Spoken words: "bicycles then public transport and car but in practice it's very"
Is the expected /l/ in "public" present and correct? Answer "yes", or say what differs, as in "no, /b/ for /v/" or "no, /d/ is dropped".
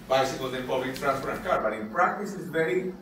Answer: no, /l/ is dropped